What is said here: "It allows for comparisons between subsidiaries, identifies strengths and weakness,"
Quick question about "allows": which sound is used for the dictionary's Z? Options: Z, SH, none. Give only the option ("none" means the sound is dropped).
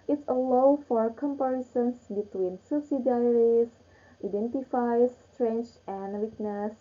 none